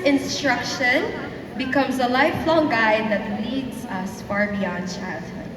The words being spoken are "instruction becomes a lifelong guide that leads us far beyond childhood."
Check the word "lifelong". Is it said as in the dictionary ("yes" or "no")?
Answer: yes